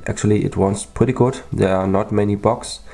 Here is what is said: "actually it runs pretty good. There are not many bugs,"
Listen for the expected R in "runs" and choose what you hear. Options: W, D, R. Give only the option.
W